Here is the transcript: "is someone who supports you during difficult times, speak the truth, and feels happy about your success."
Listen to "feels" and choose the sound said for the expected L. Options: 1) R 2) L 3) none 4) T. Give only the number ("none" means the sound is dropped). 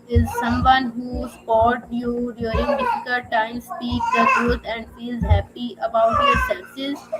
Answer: 3